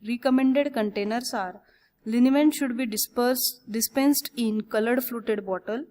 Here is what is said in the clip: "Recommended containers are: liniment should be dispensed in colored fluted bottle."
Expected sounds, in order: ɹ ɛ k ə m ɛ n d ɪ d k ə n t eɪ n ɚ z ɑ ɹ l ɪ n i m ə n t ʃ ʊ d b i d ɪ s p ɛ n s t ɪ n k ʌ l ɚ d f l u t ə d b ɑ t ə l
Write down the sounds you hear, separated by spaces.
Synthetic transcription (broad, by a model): ɹ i k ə m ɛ n d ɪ d k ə n t eɪ n ɚ s ɑ ɹ l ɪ n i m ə n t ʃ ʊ d b i d ɪ s p ɛ n s t ɪ n k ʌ l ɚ d f l u t ə d b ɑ t ə l